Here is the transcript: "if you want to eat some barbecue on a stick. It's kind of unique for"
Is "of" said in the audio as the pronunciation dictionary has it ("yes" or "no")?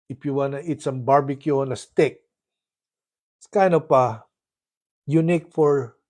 no